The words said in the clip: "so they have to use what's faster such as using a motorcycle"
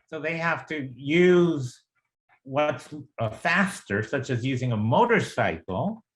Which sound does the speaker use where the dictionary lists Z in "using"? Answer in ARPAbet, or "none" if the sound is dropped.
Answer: Z